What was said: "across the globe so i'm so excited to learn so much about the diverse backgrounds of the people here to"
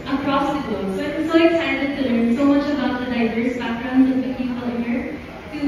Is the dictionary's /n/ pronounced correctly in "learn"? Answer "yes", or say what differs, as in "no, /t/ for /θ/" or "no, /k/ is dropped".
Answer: yes